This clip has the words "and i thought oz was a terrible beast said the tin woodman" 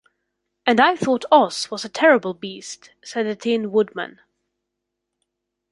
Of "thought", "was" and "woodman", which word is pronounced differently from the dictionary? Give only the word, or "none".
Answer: none